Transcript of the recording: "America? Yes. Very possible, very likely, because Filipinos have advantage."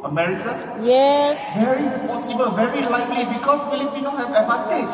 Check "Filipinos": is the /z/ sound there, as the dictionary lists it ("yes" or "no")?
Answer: no